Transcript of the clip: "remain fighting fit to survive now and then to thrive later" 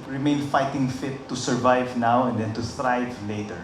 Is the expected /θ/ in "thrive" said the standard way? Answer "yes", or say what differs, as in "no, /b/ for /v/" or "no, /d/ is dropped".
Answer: no, /t/ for /θ/